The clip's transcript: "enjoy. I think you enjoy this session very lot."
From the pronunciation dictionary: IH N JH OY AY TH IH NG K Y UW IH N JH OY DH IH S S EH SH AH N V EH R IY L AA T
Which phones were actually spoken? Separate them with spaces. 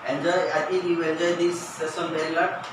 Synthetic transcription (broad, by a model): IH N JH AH AY T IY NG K Y UW IH N JH OY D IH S S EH S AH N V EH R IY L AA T